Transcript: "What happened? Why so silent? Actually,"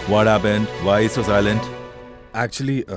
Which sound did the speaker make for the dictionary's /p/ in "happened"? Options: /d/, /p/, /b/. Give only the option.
/b/